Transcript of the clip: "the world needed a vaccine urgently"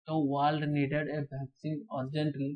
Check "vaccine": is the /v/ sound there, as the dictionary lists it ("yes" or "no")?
no